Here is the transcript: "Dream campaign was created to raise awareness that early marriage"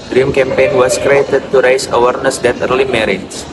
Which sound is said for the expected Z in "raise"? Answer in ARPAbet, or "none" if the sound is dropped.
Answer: S